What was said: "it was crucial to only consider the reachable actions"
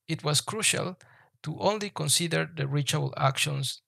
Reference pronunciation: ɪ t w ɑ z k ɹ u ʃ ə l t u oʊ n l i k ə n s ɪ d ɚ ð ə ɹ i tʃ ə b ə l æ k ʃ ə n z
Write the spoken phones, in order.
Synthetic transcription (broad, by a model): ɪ t w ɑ s k ɹ u ʃ ə l t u oʊ n l i k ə n s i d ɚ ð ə ɹ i tʃ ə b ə l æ k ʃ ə n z